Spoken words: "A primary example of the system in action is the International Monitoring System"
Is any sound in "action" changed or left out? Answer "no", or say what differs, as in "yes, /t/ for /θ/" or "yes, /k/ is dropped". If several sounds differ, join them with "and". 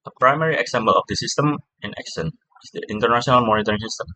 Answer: yes, /s/ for /ʃ/